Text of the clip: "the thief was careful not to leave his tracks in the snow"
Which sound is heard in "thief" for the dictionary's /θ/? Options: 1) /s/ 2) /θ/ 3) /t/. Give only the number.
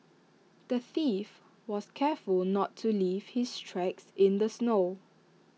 2